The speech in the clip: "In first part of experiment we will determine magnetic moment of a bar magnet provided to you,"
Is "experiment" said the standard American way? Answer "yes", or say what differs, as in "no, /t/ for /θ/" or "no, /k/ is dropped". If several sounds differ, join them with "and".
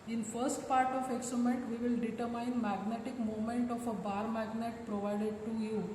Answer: no, /p/ is dropped